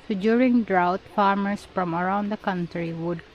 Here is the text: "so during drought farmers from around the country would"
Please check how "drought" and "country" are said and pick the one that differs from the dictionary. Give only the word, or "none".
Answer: none